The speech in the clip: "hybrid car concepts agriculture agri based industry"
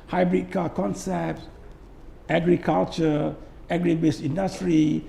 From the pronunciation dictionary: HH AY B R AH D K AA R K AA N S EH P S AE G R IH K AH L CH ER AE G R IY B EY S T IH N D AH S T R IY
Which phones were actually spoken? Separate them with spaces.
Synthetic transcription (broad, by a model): HH AY B R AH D K AA K AA N S EH P S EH G R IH K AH L CH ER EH G R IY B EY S IY N D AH S T R IY